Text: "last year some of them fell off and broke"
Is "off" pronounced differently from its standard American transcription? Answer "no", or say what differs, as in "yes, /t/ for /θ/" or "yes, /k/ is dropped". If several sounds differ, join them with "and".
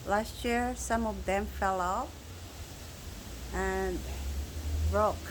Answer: yes, /p/ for /f/